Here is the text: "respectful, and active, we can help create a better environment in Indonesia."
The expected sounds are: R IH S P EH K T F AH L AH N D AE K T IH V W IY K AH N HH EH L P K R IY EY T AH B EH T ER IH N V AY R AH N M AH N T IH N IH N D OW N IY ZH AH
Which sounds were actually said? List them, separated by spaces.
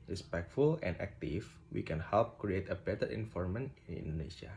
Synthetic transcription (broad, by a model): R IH S P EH K T F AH L AH N D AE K T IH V W IY K AH N HH EH L P K R IY EY T AH B EH T ER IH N F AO R M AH N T IH N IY N D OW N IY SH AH